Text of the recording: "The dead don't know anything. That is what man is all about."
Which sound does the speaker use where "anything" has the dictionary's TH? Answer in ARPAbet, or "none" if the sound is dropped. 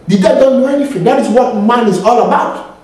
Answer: F